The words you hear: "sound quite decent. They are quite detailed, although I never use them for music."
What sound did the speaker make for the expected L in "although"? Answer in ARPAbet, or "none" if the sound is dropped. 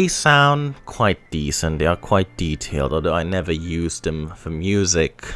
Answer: none